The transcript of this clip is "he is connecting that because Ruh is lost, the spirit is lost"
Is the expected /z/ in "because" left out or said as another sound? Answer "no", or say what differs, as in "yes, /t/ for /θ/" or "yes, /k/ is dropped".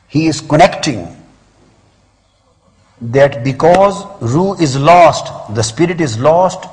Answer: no